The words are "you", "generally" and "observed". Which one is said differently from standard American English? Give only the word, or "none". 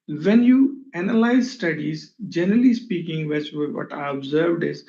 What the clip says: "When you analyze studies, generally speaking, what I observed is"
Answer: none